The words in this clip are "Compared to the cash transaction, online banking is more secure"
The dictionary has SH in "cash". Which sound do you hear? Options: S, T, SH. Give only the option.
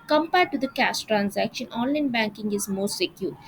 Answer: S